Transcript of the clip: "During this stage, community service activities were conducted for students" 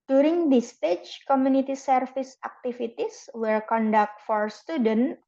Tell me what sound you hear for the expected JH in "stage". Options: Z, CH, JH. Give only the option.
CH